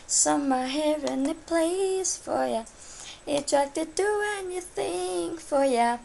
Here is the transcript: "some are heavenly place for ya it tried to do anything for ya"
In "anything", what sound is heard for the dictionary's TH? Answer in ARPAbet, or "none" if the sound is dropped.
TH